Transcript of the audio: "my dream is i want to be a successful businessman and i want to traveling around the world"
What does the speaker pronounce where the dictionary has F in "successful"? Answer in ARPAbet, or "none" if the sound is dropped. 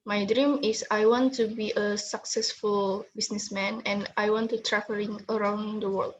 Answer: F